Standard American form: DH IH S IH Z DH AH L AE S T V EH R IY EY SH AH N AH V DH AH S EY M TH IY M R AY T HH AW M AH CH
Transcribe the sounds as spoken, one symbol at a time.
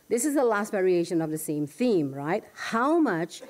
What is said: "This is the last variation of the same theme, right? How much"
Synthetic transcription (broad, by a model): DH IH S IH Z DH AH L AE S T V EH R IY EY SH AH N AH V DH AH S EY M TH IY M R AY T HH AW M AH CH